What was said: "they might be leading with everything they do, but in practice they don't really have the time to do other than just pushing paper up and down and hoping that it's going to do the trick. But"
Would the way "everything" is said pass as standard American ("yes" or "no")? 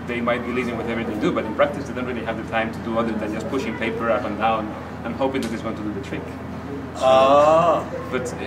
no